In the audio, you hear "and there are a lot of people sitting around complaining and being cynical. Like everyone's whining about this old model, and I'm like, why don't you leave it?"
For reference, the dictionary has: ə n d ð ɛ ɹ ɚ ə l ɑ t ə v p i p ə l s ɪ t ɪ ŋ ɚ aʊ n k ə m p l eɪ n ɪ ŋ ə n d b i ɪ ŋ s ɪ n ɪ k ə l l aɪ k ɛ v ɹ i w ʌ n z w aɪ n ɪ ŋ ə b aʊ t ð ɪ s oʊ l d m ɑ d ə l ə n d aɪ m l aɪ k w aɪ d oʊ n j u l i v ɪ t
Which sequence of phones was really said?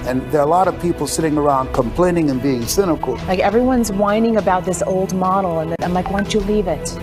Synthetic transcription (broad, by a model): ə n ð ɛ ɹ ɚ ə l ɑ t ə v p i p l s ɪ t ɪ ŋ ɚ aʊ n k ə m p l eɪ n ɪ ŋ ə n b i ɪ ŋ s ɪ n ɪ k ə l l aɪ k ɛ v ɹ i w ʌ n z w aɪ n ɪ ŋ ə b aʊ t ð ɪ s oʊ l d m ɑ d l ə n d aɪ m l aɪ k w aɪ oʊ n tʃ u l i v ɪ t